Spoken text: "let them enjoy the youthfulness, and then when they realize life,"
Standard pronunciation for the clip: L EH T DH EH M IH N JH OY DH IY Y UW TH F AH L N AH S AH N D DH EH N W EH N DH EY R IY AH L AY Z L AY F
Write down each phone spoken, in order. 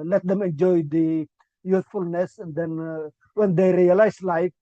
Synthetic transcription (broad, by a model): L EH T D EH M IH N JH OY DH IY Y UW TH F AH L N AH S AH N D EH N W EH N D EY R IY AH L AY S L AY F